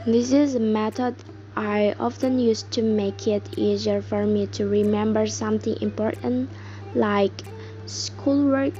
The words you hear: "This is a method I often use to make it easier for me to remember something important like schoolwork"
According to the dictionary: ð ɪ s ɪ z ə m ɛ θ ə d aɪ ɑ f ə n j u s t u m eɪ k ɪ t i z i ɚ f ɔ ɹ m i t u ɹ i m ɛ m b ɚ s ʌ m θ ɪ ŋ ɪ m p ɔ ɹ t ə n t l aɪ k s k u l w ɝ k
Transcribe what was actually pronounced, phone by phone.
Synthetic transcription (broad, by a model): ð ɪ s ɪ z ə m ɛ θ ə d aɪ ɑ f ə n j u s t u m eɪ k ɪ t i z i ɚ f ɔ ɹ m i t u ɹ i m ɛ m b ɚ s ʌ m θ ɪ ŋ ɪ m p ɔ ɹ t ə n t l aɪ k s k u l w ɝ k